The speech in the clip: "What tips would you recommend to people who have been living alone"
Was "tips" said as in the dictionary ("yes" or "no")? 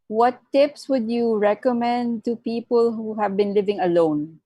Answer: yes